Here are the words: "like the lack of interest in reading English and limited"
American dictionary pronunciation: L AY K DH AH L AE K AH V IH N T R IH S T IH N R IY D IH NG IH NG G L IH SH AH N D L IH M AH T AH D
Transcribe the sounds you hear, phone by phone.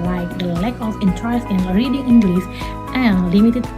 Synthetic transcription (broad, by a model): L AY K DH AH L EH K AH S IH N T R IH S IH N R IY D IH NG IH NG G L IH S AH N L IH M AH T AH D